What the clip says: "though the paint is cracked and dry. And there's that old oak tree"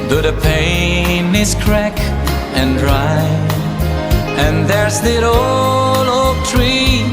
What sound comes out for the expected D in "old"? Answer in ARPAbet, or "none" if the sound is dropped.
none